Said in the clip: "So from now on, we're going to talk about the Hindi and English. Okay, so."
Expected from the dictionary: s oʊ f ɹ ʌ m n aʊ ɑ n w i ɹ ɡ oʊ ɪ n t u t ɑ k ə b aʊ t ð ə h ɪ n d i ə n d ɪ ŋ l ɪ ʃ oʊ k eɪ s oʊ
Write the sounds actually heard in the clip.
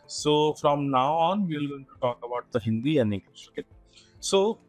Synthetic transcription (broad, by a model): s oʊ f ɹ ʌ m n aʊ ɑ n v i l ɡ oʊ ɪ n t u t ɑ k ə b aʊ t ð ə h ɪ n d i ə n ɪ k oʊ k eɪ s oʊ